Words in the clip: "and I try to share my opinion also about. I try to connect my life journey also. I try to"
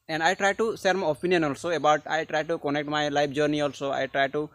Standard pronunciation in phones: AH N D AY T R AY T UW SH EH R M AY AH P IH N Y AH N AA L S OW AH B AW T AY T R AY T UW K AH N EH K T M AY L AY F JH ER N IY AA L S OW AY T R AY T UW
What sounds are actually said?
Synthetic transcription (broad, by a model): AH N D AY T R AY T UW S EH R M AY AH P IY N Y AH N AA L S OW AH B AW T AY T R AY T UW K AH N EH K T M AY L AY P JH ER N IY AA L S OW AY T R AY T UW